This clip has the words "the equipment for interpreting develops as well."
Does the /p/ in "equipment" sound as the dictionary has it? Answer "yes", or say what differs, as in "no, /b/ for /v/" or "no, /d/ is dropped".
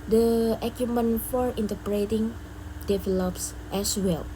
no, /p/ is dropped